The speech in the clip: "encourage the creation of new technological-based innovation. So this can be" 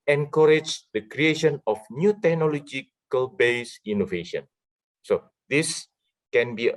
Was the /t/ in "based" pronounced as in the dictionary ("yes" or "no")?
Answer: no